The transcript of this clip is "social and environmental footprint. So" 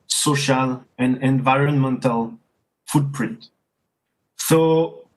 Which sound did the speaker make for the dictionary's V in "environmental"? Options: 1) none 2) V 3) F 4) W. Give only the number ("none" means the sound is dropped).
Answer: 2